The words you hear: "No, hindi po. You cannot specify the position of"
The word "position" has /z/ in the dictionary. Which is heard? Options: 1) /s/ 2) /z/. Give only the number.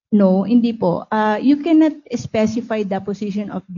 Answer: 1